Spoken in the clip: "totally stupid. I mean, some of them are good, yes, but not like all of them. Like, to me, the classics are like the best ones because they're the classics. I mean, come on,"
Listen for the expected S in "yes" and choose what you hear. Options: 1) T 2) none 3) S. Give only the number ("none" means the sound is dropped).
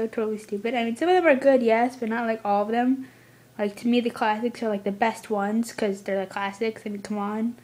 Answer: 3